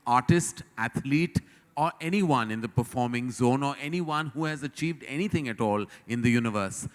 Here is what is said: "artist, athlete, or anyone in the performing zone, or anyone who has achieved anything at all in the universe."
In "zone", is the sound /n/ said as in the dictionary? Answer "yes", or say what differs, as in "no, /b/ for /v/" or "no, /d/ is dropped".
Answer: yes